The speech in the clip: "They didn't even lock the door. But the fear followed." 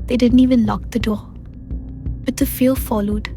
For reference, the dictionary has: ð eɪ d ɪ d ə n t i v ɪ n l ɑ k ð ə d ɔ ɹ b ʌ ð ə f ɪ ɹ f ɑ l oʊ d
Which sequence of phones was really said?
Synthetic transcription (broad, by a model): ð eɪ d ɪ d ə n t i v ɪ n l ɑ k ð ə d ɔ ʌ b ʌ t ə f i l f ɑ l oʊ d